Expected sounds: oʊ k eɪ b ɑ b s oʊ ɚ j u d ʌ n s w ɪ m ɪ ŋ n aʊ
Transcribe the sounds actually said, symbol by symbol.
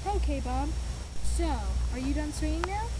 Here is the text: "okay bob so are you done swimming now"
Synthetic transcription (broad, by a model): oʊ k eɪ b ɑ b s oʊ ɚ j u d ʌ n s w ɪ ɪ ŋ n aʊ